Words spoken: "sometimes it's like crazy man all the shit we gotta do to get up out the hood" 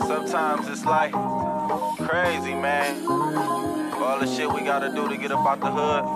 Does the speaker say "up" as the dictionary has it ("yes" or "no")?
no